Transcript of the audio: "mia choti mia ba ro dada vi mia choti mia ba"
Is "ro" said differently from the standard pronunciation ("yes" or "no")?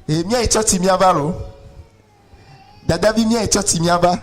yes